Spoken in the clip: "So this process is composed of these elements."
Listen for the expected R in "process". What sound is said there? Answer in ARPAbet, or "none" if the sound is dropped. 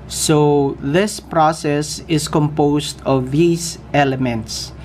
R